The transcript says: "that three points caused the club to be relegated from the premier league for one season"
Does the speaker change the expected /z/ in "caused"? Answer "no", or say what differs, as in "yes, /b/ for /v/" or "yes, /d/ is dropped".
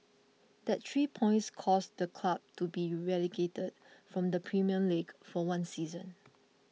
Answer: yes, /s/ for /z/